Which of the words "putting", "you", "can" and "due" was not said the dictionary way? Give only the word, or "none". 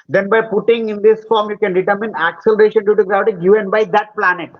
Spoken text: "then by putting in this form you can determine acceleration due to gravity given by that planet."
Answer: none